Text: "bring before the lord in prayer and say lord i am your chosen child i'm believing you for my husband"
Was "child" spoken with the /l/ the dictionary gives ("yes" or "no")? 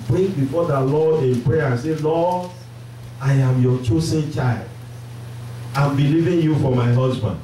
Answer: yes